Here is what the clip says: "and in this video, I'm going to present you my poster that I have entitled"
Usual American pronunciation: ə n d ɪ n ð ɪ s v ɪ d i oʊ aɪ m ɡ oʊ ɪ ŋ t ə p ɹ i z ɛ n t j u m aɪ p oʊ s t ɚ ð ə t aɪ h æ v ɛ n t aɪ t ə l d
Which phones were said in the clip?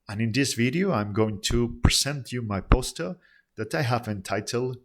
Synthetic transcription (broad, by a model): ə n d ɪ n ð ɪ s v ɪ d i oʊ aɪ m ɡ oʊ ɪ ŋ t ə p ɹ i z ɛ n t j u m aɪ p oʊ s t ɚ ð ə t aɪ h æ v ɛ n t aɪ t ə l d